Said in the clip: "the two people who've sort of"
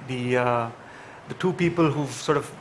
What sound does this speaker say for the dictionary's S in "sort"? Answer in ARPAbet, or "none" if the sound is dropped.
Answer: S